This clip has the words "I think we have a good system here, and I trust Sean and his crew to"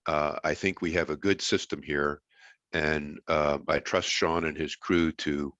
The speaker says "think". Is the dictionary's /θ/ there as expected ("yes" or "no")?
yes